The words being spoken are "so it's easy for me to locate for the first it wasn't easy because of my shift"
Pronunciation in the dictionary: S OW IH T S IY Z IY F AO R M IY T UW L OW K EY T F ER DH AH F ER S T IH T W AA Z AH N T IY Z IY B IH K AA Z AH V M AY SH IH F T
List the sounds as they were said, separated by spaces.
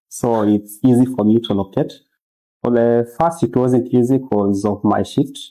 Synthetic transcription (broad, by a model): S OW IH T S IY Z IY F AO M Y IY T UW L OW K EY T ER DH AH F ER S T IH T W AA Z AH N T IY Z IY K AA Z AH V M AY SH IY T